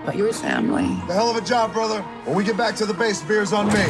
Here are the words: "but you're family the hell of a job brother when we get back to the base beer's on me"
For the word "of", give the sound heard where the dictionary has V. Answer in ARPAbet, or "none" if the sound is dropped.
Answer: V